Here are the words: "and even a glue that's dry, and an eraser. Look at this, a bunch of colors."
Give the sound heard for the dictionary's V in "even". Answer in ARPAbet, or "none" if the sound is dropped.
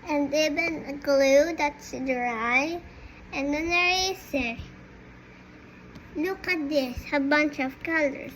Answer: B